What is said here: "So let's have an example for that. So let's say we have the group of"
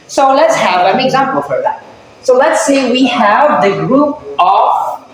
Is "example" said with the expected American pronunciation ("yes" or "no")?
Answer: yes